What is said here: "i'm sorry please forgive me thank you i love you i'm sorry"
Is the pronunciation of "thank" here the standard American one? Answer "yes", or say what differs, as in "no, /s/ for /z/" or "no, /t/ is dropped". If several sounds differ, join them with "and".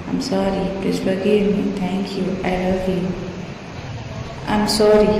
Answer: no, /t/ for /θ/